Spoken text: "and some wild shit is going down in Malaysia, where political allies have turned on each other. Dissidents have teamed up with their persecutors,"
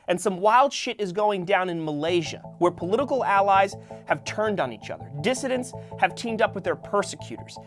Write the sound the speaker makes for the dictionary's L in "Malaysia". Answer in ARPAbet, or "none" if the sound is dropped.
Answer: L